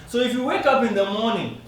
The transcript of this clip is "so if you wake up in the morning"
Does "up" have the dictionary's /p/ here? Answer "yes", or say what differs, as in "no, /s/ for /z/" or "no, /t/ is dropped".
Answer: yes